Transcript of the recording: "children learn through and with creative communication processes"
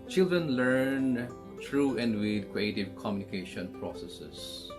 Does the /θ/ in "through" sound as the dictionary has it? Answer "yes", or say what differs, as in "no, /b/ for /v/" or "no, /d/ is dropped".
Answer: no, /t/ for /θ/